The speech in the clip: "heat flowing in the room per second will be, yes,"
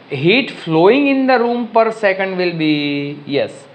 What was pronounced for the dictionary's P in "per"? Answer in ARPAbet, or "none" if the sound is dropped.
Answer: P